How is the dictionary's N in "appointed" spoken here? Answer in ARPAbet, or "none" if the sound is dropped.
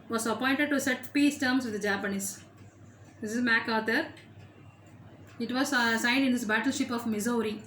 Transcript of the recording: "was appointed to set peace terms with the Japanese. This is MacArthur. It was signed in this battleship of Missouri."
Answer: N